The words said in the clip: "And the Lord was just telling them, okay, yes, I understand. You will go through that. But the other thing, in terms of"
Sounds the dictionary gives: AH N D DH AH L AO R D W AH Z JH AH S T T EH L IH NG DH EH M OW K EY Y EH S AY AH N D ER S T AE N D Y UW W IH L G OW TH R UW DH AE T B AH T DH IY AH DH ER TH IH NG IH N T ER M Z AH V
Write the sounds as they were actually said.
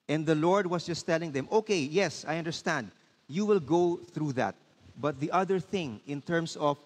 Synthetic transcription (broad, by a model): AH N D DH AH L AO R D W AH S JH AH S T T EH L IH NG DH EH M OW K EY Y EH S AY AH N D ER S T AE N D Y UW W IH L G OW TH R UW DH AE T B AH T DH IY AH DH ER TH IH NG IH N T ER M S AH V